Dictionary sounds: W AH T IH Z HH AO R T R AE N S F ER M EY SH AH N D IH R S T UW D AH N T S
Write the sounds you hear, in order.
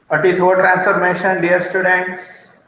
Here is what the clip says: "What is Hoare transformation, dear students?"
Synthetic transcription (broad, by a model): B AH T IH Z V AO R T R AE N S F ER M EY SH AH N D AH R S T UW D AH N T S